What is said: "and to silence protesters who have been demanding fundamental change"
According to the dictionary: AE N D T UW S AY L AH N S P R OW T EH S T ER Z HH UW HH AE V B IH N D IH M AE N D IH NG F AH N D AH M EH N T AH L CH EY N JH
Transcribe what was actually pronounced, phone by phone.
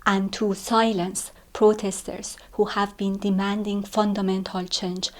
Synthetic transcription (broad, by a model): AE N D T UW S AY L AH N S P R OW T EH S T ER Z HH UW HH AE V B IH N D IH M AE N D IH NG F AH N D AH M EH N T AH L CH EY N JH